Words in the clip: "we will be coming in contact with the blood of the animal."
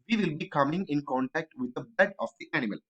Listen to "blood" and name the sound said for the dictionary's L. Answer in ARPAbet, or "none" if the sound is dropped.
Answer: none